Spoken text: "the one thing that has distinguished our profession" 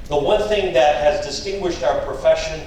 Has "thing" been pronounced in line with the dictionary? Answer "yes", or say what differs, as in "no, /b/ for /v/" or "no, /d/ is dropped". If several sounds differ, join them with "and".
yes